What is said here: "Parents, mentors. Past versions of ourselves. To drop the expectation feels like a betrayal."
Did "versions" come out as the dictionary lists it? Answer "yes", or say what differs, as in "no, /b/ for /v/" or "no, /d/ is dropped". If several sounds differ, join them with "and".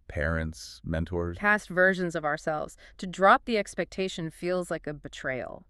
yes